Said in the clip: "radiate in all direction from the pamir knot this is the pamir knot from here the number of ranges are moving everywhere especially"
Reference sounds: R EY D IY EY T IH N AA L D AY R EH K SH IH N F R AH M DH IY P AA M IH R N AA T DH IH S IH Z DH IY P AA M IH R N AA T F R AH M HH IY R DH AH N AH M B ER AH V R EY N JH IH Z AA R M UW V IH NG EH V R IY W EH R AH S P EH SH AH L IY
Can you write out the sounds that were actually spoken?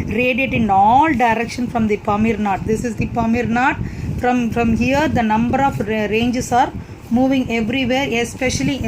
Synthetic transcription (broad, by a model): R EY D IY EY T IH N AA L D AY R EH K SH IH N F R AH M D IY P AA M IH R N AA T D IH S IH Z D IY P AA M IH R N AA T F R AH M HH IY R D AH N AH M B ER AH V R EY N JH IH S AA R M UW V IH NG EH V R IY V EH R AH S P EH SH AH L IY